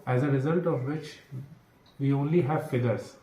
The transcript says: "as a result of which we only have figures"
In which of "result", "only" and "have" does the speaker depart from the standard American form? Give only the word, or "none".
none